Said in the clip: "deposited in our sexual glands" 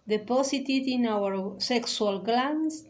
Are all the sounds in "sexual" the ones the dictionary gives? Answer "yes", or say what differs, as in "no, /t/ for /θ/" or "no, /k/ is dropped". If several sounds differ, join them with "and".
no, /s/ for /ʃ/